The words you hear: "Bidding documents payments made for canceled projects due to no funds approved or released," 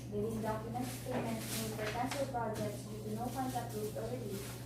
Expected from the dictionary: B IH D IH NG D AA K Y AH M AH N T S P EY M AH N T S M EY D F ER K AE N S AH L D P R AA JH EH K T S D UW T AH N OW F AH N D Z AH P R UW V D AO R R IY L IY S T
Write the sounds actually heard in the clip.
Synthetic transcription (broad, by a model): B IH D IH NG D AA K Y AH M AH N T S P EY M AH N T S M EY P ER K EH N SH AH L P R AA JH EH K T S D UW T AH N OW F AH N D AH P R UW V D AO L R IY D IY